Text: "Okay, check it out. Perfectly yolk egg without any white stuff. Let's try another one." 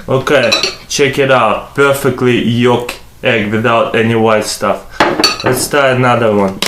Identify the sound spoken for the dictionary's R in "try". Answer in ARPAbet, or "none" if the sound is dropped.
none